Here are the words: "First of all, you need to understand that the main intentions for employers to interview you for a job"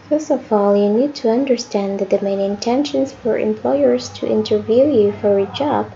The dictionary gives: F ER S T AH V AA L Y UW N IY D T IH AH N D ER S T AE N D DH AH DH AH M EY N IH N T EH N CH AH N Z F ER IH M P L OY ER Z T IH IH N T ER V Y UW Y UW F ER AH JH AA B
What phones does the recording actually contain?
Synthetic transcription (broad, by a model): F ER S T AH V AA L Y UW N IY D T IH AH N D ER S T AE N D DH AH DH AH M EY N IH N T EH N SH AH N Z F ER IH M P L OY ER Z T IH IH N T ER V Y UW Y UW F ER AH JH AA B